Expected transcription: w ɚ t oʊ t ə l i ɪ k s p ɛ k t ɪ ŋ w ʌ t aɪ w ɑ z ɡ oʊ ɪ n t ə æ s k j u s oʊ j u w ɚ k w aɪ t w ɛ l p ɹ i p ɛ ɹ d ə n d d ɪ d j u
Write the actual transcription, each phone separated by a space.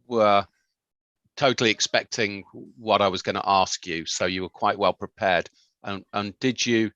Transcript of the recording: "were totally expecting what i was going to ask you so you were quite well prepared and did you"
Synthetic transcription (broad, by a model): w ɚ t oʊ t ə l i ɪ k s p ɛ k t ɪ ŋ w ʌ t aɪ w ɑ z ɡ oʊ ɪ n t ə s k j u s oʊ j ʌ w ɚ k w aɪ t w ɛ l p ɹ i p ɛ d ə n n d ɪ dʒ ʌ